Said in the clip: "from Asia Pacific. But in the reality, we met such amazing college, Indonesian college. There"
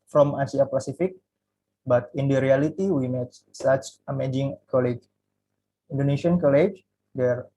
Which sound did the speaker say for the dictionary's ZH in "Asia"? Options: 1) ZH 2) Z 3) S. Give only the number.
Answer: 3